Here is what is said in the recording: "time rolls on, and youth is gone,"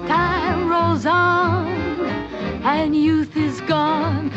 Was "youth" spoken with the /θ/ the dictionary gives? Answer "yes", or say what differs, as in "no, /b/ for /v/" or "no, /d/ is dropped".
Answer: yes